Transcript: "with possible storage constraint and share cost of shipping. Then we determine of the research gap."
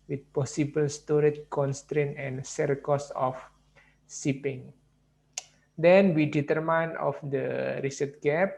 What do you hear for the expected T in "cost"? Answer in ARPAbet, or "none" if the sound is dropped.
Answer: none